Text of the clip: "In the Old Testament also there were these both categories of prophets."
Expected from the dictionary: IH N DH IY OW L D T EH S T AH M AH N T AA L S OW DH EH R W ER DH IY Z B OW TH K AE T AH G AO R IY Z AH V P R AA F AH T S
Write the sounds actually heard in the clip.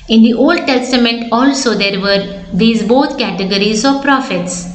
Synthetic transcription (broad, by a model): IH N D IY OW L D T EH S T AH M AH N T AA L S OW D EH R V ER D IY Z B OW T K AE T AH G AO R IY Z AH V P R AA F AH T S